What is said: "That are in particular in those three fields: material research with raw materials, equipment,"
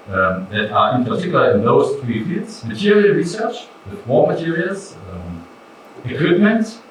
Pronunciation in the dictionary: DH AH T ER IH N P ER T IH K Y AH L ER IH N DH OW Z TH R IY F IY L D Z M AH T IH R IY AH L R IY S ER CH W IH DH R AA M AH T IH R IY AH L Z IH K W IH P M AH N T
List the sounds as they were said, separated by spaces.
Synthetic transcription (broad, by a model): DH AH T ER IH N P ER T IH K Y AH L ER IH N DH OW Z TH R IY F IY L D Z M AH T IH R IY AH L R IY S ER CH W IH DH W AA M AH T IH R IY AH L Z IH K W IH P M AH N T